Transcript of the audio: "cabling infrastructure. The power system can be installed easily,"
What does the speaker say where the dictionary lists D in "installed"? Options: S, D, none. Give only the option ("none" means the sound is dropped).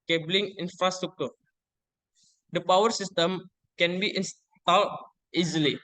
none